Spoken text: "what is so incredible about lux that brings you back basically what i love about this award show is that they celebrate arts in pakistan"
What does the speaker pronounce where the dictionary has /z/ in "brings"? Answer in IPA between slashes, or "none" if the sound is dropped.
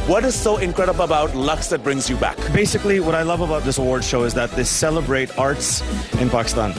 /z/